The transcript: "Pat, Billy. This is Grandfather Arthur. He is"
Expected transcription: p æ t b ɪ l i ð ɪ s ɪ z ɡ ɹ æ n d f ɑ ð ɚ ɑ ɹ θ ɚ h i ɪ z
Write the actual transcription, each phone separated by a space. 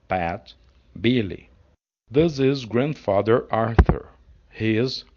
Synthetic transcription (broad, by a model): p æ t b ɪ l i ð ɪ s ɪ z ɡ ɹ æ n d f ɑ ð ɚ ɑ ɹ θ ɚ h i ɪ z